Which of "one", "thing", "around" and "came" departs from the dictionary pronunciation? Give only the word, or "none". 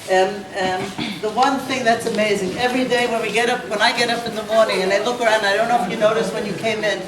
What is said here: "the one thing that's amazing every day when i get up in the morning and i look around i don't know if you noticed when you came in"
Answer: none